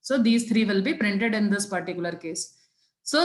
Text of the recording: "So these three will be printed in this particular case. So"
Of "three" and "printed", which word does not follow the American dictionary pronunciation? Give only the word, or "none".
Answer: three